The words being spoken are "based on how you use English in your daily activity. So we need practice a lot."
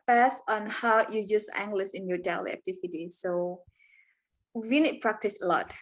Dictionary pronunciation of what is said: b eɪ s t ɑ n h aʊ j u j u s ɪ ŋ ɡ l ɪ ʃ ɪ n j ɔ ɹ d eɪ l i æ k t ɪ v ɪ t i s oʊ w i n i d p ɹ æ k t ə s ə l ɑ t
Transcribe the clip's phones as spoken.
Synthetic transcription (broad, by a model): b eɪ s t ɑ n h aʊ j u j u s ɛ ŋ ɡ l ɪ s ɪ n j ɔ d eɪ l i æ k t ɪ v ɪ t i s oʊ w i n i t p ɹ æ k t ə s ə l ɑ t